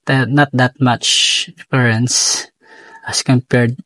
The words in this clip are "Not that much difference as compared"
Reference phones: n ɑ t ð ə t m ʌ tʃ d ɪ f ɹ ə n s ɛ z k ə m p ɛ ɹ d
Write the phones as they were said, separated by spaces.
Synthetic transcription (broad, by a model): n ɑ t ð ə t m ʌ tʃ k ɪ ɹ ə n s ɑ s k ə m p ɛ ɹ d